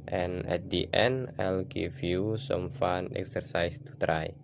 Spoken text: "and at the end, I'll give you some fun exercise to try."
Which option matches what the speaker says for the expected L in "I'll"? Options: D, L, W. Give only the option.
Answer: L